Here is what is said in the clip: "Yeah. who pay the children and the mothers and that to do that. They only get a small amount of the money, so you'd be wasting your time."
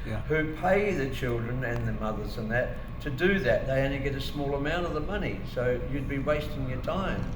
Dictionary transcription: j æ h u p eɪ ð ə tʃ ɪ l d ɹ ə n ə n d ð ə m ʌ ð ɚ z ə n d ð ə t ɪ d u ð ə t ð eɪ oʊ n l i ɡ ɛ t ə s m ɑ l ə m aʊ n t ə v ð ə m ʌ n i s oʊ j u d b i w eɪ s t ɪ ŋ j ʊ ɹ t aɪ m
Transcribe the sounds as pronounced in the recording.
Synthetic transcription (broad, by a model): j h u p eɪ ð ə tʃ ɪ l d ɹ ə n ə n ð ə m ʌ ð ɚ z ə n ð ə t ɪ d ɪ ð ə t ð eɪ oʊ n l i ɡ ɛ t ə s m ɑ l ə m aʊ n t ə v ð ə m ʌ n i s oʊ j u d b i w eɪ s t ɪ ŋ j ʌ ɹ t aɪ m